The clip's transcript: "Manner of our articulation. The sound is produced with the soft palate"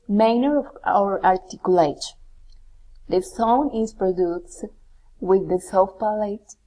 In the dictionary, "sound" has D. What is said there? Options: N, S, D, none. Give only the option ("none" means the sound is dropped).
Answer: none